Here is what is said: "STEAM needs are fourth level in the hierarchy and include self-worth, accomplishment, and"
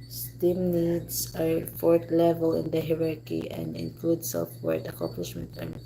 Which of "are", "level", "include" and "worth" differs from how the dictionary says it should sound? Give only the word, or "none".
worth